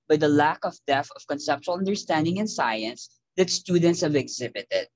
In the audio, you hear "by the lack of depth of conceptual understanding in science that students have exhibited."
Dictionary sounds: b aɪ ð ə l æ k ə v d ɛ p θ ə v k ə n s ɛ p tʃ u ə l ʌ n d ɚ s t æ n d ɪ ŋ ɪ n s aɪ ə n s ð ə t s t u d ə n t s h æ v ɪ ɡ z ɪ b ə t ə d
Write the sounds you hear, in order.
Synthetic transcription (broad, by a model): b aɪ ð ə l æ k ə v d ɛ θ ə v k ə n s ɛ p tʃ u ə l ʌ n d ɚ s t æ n d ɪ ŋ ɪ n s aɪ ə n s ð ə t s t u d ə n t s h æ v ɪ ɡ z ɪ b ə t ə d